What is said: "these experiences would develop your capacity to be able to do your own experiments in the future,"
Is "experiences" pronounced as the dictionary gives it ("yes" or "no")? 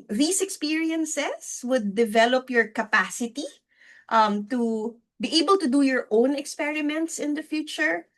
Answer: no